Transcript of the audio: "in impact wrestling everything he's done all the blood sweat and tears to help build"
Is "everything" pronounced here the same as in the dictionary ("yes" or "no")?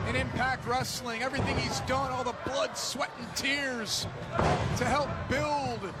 yes